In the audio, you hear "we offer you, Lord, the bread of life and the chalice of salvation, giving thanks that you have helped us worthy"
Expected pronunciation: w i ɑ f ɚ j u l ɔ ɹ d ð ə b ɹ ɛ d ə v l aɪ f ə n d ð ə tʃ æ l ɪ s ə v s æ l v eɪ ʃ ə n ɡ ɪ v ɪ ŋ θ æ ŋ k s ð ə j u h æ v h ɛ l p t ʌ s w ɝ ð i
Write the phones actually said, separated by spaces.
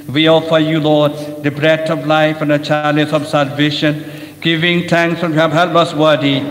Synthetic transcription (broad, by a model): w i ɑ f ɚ j u l ɔ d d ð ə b ɹ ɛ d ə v l aɪ f ə n d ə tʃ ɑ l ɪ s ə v s æ l v eɪ ʃ ə n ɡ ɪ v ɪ ŋ t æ ŋ k s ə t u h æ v h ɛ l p ʌ s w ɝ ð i